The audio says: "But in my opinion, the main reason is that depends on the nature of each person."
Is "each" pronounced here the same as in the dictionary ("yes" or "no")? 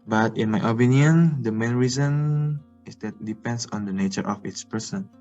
no